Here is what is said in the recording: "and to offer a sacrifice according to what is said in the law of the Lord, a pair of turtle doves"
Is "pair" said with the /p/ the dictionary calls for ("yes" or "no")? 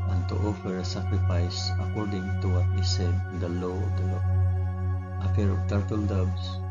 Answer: no